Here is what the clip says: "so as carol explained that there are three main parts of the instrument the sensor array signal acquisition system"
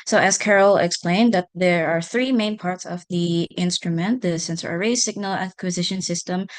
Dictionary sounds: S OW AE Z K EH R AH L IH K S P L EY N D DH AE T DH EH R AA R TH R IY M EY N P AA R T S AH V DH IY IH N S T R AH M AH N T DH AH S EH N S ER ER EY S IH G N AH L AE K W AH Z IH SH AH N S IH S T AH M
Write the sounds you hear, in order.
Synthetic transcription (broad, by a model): S OW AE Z K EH R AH L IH K S P L EY N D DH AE T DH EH R AA R TH R IY M EY N P AA R T S AH V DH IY IH N S T R AH M AH N T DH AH S EH N S ER ER EY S IH G N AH L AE K W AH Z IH SH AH N S IH S T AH M